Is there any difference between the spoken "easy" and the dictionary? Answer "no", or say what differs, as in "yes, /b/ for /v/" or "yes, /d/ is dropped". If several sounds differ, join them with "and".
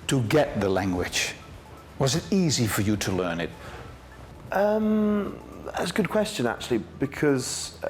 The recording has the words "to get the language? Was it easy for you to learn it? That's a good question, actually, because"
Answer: no